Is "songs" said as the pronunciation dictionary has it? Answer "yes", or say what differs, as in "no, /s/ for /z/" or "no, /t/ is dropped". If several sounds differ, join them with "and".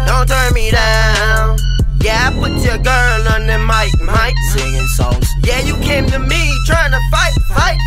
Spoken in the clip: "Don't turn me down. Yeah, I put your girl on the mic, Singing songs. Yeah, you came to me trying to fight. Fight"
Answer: no, /ŋ/ is dropped